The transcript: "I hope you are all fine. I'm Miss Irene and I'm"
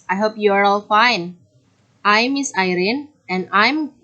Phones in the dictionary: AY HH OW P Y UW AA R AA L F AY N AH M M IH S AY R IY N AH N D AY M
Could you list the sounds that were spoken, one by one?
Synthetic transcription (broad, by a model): AY HH OW P Y UW AA R AA L F AY N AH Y M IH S AY R IY N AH N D AY M